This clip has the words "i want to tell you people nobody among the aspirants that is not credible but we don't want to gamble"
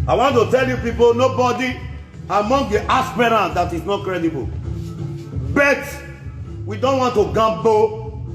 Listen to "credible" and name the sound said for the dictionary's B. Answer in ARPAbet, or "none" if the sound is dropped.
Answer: B